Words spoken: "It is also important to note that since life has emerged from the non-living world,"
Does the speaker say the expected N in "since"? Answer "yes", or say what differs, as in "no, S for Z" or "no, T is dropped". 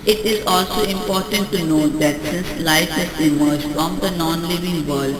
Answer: no, N is dropped